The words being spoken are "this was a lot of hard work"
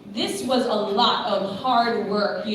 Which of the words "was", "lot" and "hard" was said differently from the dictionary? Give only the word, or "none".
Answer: none